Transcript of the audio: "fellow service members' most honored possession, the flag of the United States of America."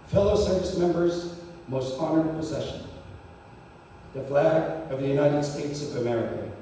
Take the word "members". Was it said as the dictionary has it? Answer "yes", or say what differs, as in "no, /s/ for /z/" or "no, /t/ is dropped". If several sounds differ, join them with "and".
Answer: yes